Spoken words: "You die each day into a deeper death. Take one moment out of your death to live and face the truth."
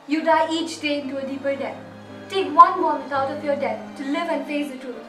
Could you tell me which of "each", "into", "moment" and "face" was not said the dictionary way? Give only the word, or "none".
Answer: moment